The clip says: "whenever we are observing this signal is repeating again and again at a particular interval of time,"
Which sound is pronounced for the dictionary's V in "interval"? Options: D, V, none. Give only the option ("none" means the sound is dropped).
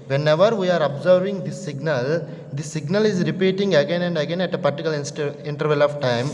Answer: V